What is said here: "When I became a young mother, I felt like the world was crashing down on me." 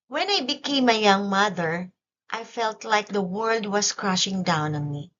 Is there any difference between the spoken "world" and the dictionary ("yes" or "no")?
no